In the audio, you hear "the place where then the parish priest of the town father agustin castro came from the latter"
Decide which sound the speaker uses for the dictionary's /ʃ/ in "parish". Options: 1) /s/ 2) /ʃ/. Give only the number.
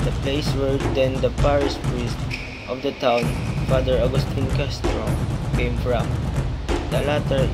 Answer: 1